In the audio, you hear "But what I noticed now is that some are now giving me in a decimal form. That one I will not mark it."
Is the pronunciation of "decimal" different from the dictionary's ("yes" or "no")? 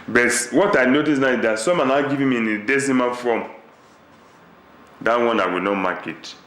yes